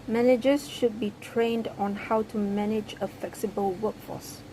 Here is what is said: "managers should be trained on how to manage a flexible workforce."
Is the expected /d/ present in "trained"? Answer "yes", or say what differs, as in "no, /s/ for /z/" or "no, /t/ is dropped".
yes